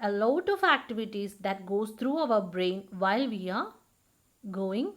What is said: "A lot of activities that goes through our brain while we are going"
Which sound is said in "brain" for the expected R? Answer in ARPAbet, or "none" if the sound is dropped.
R